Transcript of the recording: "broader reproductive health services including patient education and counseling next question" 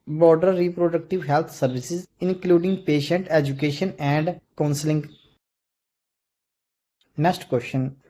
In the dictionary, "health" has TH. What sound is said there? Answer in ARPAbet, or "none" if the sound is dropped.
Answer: T